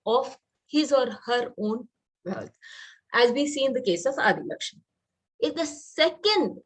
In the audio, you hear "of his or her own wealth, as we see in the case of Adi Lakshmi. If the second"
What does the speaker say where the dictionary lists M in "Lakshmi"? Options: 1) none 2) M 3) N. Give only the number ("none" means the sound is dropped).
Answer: 1